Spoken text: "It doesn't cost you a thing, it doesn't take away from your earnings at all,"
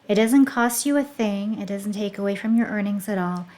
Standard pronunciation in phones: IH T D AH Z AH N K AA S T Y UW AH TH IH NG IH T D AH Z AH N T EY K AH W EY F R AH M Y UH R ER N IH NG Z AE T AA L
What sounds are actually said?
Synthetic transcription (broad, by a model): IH T D AH Z AH N K AA S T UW AH TH IH NG IH T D AH Z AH N T EY K AH W EY F R AH M Y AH R ER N IH NG Z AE T AA L